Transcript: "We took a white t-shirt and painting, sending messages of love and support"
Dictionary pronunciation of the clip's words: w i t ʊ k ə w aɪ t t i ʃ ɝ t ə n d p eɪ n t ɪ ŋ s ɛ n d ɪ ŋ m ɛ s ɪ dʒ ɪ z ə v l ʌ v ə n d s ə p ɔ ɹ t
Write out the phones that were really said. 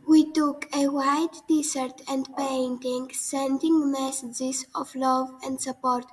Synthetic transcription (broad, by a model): w i t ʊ k ə w aɪ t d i s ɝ t ə n d p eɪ n t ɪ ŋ s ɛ n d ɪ ŋ m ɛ s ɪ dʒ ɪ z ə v l ʌ v ə n d s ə p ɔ ɹ t